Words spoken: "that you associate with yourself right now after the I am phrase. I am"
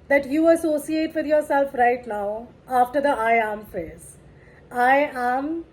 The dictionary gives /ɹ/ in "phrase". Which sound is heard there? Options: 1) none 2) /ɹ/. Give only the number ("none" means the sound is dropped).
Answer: 1